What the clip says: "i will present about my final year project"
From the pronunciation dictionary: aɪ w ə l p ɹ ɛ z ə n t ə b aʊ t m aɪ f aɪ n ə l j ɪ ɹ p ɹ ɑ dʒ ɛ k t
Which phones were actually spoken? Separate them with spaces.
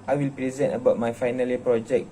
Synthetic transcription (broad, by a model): aɪ w ə l p ɹ ɛ z ə n t ə b aʊ t m aɪ f aɪ n ə l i p ɹ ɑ dʒ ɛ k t